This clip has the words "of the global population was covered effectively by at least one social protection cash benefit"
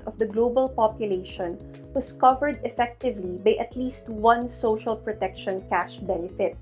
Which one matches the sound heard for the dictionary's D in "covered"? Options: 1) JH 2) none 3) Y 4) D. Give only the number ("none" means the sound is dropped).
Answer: 4